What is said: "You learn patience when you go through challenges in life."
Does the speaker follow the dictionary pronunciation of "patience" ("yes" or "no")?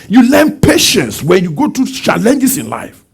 yes